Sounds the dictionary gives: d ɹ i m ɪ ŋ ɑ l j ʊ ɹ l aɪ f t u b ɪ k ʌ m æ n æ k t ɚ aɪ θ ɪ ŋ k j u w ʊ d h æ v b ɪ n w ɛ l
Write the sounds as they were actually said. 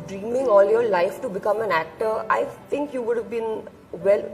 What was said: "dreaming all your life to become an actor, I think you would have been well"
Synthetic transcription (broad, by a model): d ɹ i m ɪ ŋ ɑ l j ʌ ɹ l aɪ f t u b ɪ k ʌ m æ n æ k t ɚ aɪ t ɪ ŋ k j u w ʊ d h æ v b ɪ n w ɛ l